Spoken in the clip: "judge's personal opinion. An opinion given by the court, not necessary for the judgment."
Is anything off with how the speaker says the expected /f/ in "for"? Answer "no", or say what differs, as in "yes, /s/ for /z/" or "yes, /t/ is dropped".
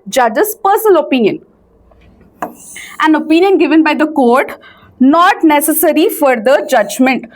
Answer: no